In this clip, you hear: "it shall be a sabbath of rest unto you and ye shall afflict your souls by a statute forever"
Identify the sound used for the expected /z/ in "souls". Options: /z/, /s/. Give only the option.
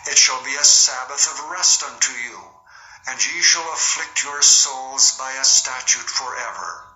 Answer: /z/